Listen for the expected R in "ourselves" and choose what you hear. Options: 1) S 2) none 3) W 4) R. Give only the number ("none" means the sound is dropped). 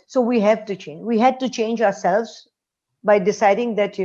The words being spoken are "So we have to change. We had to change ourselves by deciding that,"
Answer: 4